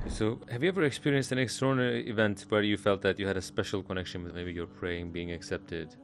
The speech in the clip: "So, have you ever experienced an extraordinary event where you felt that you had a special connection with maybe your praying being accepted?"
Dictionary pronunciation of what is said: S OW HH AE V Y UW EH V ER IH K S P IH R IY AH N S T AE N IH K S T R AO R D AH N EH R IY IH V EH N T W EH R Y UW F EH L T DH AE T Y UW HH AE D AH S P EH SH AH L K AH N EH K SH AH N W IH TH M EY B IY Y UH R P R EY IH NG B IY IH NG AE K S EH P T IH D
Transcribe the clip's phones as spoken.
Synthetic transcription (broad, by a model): S OW HH AE V Y UW EH V ER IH K S P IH R IY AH N S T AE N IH K S T AO R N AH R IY IH V EH N T W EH R Y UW F EH L T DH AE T Y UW HH AE D AH S P EH SH AH L K AH N EH K SH AH N W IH M EY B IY Y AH R P R EY IH NG B IY IH NG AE K S EH P T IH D